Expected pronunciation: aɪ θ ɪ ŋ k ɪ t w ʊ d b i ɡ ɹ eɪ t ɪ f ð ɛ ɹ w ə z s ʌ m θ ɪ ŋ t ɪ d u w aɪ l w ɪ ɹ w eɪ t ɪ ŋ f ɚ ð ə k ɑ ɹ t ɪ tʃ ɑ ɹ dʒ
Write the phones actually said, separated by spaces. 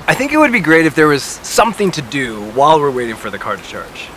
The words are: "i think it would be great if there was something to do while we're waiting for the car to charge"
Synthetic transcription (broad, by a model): aɪ θ ɪ ŋ k ɪ t w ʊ d b i ɡ ɹ eɪ t ɪ f ð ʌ ɹ w ə z s ʌ m θ ɪ ŋ t ɪ d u w aɪ l w ɪ ɹ w eɪ t ɪ ŋ f ɚ ð ə k ɑ ɹ t ɪ tʃ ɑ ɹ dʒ